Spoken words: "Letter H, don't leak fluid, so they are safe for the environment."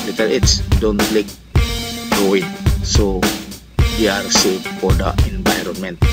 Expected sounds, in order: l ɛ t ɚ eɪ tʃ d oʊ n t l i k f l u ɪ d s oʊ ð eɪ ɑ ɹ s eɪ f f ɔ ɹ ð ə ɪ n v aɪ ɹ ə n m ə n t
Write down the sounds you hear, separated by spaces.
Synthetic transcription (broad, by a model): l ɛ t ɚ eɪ s d oʊ n t l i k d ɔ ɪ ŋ s oʊ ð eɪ ɑ ɹ s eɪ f f ɔ ɹ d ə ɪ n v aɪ ɹ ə n m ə n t